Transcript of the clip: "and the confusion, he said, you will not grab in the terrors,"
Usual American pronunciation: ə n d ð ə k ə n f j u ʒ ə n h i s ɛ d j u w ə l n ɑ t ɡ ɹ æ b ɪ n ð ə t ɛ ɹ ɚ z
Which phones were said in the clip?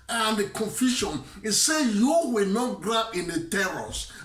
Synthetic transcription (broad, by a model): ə n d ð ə k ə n f j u ʃ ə n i s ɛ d j u w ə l n ɑ t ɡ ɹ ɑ ɪ n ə t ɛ ɹ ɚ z